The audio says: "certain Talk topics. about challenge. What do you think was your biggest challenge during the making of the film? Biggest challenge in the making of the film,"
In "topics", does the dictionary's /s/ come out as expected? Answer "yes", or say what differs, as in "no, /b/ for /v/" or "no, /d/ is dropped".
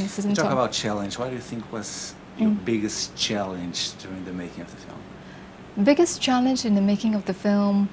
no, /s/ is dropped